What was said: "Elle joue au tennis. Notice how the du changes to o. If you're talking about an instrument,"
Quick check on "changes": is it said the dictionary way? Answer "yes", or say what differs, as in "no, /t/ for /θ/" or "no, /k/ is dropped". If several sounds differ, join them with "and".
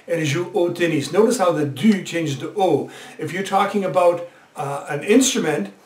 no, /z/ is dropped